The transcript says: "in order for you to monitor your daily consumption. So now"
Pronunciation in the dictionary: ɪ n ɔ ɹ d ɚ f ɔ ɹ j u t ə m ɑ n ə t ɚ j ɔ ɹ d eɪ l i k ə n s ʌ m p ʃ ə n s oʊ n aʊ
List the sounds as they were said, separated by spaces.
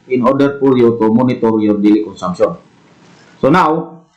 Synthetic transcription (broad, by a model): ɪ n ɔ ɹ d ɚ p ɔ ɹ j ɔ t ə m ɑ n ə t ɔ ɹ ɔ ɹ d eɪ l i k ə n s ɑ m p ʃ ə n s oʊ n aʊ